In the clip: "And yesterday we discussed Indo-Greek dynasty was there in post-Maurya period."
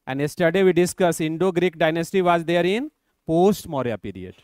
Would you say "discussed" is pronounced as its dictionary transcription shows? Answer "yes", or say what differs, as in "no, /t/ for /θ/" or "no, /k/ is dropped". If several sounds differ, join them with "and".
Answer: no, /t/ is dropped